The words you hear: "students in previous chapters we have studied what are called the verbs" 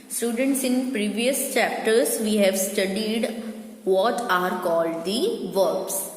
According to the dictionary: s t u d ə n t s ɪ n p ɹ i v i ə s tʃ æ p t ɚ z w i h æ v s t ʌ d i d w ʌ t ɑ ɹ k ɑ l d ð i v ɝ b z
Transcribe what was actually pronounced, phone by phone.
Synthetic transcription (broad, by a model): s t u d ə n t s ɪ n p ɹ i v i ə s tʃ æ p t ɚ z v i h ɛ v s t ʌ d i d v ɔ t ɑ ɹ k ɑ l d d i v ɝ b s